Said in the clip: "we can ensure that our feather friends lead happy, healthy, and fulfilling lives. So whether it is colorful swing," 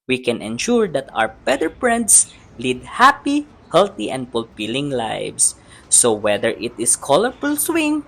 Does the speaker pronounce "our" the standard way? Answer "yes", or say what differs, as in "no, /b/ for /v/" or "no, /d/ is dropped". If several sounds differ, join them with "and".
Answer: no, /w/ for /ɹ/